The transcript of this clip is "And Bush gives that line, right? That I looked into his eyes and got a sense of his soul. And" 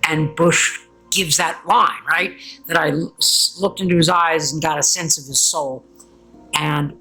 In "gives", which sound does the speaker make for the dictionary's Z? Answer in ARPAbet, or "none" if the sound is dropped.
Z